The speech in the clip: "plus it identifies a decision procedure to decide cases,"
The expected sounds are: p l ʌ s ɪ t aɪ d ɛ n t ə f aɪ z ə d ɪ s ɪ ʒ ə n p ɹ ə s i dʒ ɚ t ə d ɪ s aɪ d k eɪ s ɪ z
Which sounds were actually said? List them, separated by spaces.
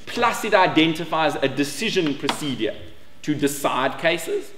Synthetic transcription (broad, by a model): p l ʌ s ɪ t aɪ d ɛ n t ə f aɪ z ə d ɪ s ɪ ʒ ə n p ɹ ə s i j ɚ t ə d ɪ s aɪ d k eɪ s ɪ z